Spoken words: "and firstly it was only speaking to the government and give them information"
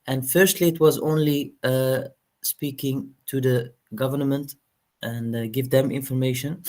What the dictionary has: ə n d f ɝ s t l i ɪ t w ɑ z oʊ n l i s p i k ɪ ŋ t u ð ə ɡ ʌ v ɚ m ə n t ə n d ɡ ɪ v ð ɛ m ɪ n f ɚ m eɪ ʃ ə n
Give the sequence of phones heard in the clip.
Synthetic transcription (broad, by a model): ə n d f ɝ s t l i ɪ t w ɑ z oʊ n l i s p i k ɪ ŋ t u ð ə ɡ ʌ v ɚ m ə n t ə n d ɡ ɪ v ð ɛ m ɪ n f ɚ m eɪ ʃ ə n